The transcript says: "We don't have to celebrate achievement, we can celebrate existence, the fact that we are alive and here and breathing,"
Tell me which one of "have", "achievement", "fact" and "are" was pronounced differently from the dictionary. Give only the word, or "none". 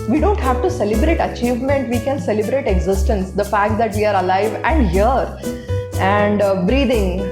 none